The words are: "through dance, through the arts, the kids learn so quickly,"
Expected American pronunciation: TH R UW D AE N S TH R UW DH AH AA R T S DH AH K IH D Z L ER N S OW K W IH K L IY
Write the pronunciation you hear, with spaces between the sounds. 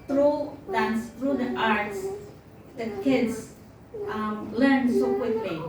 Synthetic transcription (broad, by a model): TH R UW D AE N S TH R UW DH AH AA R T S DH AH K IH D S L ER N S OW K W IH K L IY